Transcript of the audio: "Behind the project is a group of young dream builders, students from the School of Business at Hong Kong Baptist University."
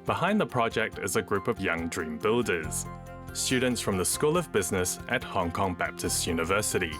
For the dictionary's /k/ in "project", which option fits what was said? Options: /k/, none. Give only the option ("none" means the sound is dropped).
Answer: /k/